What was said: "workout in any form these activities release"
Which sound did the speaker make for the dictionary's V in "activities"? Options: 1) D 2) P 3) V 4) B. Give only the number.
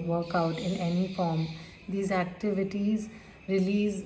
3